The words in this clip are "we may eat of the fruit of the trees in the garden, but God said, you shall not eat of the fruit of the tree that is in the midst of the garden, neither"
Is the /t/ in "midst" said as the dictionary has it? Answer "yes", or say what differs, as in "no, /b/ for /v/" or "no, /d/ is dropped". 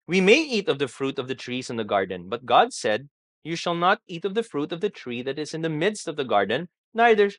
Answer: yes